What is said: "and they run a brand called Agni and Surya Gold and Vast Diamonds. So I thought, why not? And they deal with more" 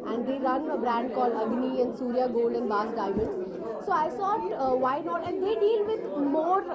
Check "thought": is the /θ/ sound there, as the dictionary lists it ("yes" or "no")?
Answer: no